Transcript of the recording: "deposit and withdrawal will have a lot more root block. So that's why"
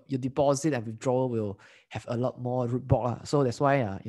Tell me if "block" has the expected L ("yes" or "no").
no